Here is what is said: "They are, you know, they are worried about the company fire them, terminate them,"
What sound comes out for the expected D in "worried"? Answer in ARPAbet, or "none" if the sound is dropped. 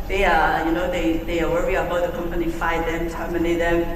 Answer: none